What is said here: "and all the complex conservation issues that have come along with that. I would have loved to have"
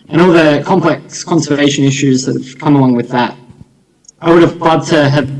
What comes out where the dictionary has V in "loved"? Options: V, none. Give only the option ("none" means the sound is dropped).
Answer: none